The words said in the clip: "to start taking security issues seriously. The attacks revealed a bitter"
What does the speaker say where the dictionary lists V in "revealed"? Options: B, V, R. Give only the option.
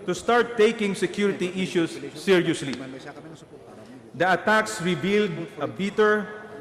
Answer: B